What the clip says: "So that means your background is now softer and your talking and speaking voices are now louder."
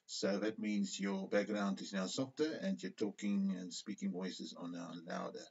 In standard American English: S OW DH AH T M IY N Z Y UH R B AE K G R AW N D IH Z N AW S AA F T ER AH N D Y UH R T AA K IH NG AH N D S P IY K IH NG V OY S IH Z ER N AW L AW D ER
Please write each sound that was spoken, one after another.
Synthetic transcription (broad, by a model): S OW DH AH T M IY N Z Y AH R B AE K G R AW N D IH Z N AW S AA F T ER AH N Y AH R T AA K IH NG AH N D S P IY K IH NG V OY S IH Z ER N AW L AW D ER